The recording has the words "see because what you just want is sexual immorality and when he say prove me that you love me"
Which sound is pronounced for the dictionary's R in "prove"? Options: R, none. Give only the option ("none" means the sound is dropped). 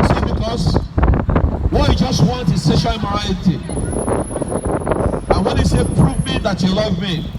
R